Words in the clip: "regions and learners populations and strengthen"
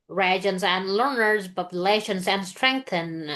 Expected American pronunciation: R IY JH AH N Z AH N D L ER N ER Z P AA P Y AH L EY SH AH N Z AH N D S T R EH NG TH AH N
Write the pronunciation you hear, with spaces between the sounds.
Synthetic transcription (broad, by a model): R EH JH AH N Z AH N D L ER N ER Z B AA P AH L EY SH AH N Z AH N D S T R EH NG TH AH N